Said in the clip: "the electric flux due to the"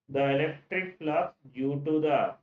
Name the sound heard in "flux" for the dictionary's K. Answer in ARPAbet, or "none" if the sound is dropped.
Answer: none